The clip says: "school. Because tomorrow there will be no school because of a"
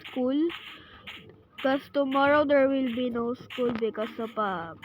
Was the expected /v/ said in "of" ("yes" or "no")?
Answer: no